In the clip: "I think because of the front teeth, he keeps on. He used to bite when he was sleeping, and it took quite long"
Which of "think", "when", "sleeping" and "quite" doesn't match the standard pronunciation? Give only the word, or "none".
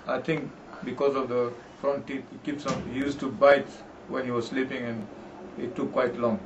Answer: think